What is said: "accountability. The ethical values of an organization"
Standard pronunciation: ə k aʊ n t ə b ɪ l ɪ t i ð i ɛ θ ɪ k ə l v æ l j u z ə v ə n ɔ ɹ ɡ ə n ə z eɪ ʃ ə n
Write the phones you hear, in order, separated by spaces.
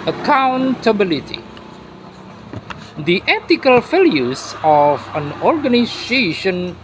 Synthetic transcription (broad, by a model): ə k aʊ n t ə b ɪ l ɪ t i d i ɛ t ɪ k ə l f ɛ l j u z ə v ə n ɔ ɹ ɡ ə n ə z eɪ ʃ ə n